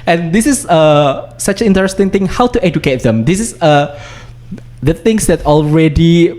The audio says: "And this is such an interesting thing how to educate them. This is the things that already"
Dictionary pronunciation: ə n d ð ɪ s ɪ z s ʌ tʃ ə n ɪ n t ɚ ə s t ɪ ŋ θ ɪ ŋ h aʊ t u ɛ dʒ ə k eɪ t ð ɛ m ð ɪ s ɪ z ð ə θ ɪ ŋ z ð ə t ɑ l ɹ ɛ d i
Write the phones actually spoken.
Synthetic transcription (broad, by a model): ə n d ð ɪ s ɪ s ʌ s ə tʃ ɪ n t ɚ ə s t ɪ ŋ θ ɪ ŋ h aʊ t u ɛ dʒ ə k eɪ t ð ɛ m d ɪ s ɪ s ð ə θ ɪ ŋ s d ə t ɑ l ɹ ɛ d i